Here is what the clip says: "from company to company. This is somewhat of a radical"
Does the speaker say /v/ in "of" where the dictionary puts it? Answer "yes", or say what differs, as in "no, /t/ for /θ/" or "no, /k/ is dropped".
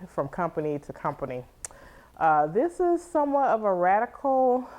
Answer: yes